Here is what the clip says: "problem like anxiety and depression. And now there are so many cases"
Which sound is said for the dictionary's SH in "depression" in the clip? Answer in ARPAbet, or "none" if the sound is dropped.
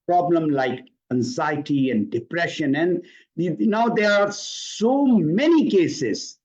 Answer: SH